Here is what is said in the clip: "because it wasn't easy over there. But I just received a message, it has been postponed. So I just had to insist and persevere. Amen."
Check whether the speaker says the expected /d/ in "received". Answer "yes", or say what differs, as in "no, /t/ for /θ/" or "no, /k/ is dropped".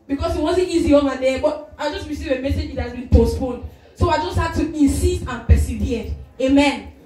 no, /d/ is dropped